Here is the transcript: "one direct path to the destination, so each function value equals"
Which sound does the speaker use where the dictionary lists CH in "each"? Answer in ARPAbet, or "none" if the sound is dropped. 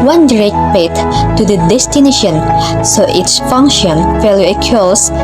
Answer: S